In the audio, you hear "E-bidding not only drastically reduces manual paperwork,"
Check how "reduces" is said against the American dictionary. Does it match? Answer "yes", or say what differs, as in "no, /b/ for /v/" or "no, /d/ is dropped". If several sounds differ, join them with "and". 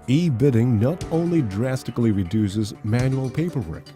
yes